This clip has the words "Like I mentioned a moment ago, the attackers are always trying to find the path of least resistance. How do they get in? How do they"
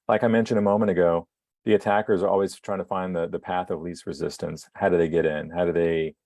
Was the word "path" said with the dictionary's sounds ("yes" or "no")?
yes